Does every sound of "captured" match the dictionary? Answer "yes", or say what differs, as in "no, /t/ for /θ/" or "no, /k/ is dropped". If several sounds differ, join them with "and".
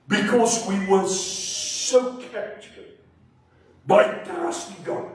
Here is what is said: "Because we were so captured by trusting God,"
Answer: no, /p/ is dropped